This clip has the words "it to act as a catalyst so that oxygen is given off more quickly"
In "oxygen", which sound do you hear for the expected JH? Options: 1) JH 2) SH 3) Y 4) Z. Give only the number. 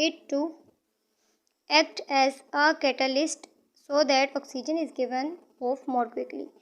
1